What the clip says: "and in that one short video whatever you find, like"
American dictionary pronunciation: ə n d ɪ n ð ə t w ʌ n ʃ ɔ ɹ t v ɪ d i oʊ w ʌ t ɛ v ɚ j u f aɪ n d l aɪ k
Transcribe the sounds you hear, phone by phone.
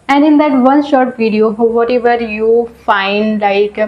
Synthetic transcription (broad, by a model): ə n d ɪ n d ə t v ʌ n ʃ ɔ ɹ t v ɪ d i oʊ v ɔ t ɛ v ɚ j u f aɪ n d l aɪ k